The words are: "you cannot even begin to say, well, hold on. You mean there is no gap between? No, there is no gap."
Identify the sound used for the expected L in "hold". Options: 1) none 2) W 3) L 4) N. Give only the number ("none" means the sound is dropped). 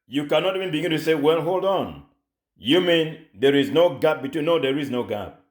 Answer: 3